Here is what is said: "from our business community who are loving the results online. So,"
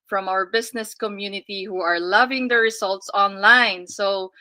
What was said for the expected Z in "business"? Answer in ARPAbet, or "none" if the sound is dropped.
S